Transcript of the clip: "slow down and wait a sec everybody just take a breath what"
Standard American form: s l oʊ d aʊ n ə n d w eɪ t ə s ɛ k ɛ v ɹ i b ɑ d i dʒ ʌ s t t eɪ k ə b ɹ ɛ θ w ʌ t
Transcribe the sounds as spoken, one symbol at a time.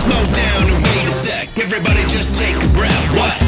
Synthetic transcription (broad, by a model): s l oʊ d aʊ n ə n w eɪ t ə s ɛ k ɛ v ɹ i b ɑ d i dʒ ʌ s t t eɪ k ə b ɹ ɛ f w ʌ t